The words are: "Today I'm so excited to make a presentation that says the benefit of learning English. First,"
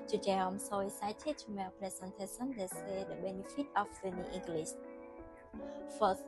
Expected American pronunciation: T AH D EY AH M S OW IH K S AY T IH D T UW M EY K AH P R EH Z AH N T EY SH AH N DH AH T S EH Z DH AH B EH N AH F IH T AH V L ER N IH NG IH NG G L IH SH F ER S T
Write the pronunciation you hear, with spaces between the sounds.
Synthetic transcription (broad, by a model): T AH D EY AH M S OW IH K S AY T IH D T UW M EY AH P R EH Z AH N T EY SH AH N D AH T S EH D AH B EH N AH F IH T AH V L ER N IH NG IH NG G L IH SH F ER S